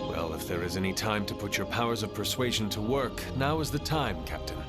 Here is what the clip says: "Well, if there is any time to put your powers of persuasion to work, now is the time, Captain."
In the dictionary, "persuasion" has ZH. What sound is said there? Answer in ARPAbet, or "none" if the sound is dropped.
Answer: ZH